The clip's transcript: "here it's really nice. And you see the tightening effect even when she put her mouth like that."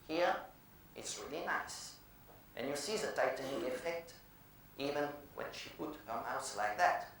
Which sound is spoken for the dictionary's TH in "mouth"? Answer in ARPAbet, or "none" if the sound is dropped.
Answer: S